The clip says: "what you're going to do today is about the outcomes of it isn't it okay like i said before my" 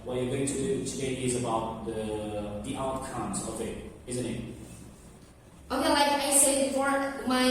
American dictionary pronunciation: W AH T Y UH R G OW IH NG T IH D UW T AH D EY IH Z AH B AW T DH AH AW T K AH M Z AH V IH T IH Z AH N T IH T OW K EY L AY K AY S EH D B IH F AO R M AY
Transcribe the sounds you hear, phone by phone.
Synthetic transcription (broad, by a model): W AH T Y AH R G OW IH NG T IH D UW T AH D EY IH Z AH B AW T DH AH AW T K AH M Z AH V IH T IH Z AH N T IH T OW K EY L AY K AY S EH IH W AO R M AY